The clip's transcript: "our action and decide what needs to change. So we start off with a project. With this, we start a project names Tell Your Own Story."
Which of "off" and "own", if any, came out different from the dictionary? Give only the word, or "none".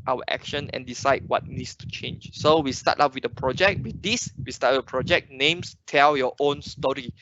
off